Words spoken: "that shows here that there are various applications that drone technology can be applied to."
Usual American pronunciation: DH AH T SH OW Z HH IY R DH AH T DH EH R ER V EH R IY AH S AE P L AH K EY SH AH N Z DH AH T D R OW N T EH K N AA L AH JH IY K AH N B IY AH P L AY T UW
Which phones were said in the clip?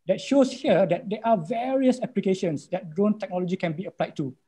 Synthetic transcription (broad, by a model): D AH T SH OW S HH IY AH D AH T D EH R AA V EH R IY AH S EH P L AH K EY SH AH N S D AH T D R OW N T EH K N AA L AH JH IY K AH N B IY AH P L AY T UW